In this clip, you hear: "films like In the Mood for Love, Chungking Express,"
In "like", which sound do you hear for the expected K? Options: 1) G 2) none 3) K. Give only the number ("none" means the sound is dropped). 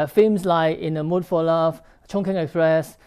2